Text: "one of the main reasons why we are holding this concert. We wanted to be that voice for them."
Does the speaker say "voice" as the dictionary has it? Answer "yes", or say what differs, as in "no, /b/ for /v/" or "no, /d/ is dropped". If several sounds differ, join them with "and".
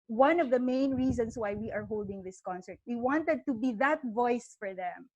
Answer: yes